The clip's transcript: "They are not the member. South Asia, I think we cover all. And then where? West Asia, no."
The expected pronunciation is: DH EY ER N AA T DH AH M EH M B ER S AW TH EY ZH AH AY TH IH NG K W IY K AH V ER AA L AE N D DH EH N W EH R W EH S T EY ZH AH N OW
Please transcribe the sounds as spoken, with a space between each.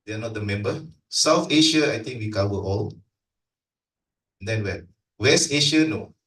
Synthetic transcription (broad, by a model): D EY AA N AA T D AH M EH M B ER S AW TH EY SH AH AY T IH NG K W IY K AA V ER AA L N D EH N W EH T W EH S T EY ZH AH N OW